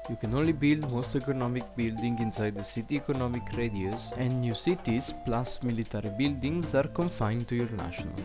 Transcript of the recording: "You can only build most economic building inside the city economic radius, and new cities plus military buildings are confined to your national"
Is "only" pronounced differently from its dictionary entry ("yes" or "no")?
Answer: no